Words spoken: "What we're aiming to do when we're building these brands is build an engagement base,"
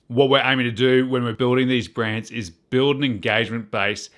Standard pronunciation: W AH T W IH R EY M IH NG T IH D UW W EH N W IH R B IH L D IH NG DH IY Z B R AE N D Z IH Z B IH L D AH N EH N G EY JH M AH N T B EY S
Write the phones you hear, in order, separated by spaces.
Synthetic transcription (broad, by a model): W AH T W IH R EY M IH NG T IH D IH W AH N W IH R B IH L D IH NG DH IY Z B R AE N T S IH Z B IH L D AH N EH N G EY JH M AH N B EY S